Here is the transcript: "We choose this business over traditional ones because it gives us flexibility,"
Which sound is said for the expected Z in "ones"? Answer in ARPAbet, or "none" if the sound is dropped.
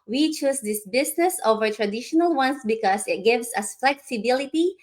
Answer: S